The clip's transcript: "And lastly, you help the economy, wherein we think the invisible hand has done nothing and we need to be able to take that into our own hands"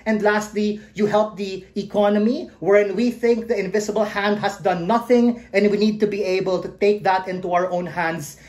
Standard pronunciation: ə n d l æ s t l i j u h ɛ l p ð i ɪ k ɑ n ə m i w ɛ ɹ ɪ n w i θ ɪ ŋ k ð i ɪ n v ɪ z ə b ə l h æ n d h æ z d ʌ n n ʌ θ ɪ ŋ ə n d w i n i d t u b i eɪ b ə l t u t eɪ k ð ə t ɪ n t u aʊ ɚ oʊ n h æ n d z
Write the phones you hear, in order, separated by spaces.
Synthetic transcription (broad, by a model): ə n d l æ s t l i j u h ɛ l p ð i ɪ k ɑ n ə m i w ɛ ɹ ɪ n w i θ ɪ ŋ k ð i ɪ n v ɪ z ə b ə l h æ n d h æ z d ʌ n n ʌ θ ɪ ŋ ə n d w i n i d t u b i eɪ b ə l t u t eɪ k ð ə t ɪ n t u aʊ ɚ oʊ n h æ n d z